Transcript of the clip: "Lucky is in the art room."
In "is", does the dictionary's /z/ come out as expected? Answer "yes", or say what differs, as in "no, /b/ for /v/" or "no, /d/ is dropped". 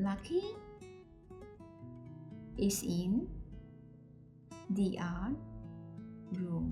no, /s/ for /z/